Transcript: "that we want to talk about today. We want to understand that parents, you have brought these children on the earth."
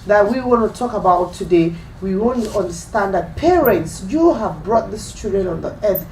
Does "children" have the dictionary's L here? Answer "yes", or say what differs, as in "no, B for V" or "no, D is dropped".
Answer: no, L is dropped